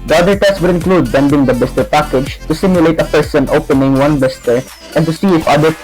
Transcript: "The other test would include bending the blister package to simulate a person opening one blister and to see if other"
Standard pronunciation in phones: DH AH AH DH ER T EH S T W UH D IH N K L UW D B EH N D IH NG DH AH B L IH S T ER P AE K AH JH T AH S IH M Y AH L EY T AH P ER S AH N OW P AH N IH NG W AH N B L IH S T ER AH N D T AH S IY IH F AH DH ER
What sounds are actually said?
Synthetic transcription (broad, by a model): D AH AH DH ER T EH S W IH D IH N K L UW D B EH N D IH NG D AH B IH S T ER P AE K AH JH T AH S IH M Y AH L EY T AH P ER S AH N OW P AH N IH NG W AH N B IH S T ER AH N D T AH S IY IH F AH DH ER